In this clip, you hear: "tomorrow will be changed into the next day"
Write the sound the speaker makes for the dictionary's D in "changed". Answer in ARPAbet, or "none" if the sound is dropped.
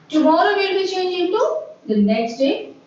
none